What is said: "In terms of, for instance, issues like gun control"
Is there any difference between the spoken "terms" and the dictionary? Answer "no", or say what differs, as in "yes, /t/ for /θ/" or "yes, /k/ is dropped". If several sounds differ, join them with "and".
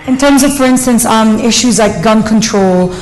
no